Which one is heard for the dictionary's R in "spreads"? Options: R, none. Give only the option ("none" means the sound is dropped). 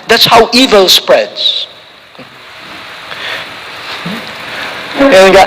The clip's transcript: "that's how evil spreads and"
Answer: R